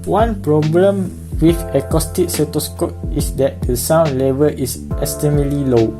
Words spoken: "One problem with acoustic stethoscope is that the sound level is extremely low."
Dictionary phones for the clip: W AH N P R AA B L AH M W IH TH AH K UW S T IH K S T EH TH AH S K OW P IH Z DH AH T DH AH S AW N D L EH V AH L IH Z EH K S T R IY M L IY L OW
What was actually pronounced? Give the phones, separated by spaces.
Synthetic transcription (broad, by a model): W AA N P R AA B L AH M W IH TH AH K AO S T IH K S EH T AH S K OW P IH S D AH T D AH S AW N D L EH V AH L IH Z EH S T IY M L IY L OW